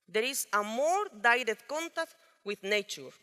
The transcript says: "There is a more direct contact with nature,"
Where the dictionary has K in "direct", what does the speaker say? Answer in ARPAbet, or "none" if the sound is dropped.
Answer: none